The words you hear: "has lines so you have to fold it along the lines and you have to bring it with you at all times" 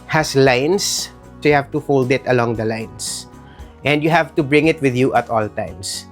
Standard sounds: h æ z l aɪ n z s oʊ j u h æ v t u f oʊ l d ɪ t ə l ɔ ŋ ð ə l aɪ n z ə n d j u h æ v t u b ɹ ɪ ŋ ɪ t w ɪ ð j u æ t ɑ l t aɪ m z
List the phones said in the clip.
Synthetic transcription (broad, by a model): h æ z l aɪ n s s oʊ j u h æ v t u f oʊ l d ɪ t ə l ɔ ŋ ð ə l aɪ n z ə n d j u h æ v t u b ɹ ɪ ŋ ɪ t w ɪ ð j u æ t ɑ l t aɪ m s